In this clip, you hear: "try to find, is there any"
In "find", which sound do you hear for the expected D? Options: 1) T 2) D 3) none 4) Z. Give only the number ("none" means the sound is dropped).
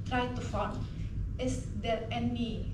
3